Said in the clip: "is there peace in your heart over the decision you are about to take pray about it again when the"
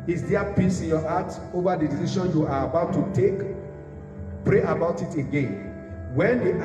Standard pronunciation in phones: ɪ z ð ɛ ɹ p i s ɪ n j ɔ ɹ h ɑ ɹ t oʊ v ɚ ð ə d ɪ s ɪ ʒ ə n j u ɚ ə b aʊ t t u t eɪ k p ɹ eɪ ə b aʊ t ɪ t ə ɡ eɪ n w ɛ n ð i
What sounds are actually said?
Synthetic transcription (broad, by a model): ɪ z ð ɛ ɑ p i s ɪ n j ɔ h ɑ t oʊ v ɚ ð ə d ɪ s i ʃ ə n j u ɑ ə b aʊ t t u t eɪ k p ɹ eɪ ə b aʊ t ɪ t ə ɡ eɪ n w ɛ n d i